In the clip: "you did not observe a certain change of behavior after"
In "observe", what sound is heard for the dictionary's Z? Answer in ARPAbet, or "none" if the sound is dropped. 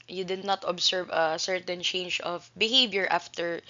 S